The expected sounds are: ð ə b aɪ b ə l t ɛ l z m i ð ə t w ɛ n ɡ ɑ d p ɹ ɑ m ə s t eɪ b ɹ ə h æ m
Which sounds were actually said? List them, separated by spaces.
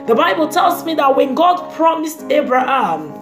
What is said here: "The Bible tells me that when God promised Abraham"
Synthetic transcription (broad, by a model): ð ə b aɪ b ə l t ɛ l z m i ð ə t w ɛ n ɡ ɑ d p ɹ ɑ m ə s t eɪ b ɹ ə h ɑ m